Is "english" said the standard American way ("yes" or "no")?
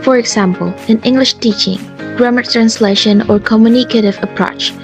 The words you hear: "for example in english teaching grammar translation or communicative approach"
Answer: yes